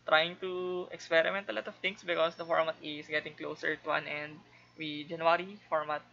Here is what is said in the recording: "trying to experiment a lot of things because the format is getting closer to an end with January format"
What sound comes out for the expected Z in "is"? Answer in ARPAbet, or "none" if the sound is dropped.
S